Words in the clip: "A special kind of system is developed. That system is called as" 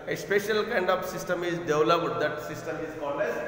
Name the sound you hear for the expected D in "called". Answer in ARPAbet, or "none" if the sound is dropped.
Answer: none